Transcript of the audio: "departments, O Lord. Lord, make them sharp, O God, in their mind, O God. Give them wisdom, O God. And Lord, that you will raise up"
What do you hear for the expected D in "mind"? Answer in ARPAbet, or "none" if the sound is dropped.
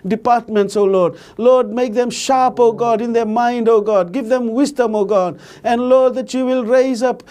D